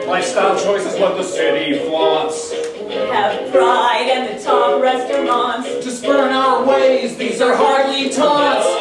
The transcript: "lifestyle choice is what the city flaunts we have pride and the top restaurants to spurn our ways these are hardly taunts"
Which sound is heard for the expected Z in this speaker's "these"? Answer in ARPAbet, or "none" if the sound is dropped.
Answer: Z